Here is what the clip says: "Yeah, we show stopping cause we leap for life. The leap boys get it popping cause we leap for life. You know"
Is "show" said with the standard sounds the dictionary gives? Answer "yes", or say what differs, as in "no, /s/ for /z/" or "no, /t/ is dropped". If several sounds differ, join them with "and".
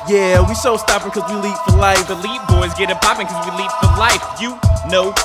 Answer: no, /s/ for /ʃ/